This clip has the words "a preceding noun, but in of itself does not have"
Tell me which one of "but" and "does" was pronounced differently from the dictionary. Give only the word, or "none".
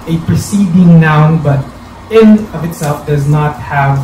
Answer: none